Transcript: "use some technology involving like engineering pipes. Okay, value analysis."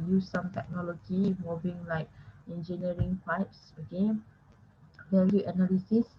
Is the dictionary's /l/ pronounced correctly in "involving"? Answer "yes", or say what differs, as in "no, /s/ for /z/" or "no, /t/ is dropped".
no, /l/ is dropped